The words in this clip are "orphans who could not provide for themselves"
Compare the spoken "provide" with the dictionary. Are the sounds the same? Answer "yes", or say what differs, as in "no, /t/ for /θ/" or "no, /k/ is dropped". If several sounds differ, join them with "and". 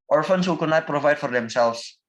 yes